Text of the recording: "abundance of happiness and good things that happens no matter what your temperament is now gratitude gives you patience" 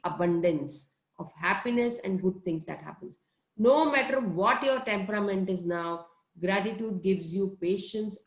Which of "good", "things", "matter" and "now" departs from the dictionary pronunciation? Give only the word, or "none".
things